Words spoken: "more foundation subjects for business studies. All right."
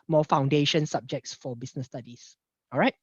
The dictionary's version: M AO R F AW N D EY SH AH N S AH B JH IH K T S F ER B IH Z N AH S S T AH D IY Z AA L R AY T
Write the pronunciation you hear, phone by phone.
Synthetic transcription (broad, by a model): M AO F AW N D EY SH AH N S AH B JH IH K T S F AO B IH S N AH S S T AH D IY S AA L R AY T